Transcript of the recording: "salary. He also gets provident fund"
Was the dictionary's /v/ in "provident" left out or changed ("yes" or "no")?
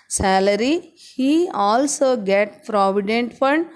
no